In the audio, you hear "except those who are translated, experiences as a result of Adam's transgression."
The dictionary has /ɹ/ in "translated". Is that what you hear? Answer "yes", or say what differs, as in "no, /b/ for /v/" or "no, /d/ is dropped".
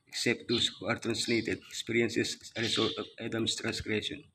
yes